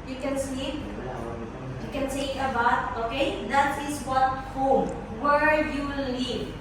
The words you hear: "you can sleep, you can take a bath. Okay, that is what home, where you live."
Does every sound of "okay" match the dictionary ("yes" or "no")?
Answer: yes